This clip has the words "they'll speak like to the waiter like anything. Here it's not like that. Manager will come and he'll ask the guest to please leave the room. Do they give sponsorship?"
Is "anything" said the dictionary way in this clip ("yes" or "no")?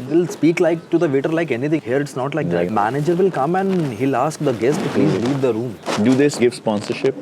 no